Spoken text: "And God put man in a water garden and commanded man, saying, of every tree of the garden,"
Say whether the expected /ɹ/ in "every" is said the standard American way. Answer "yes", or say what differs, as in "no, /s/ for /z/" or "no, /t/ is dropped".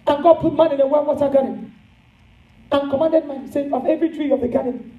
yes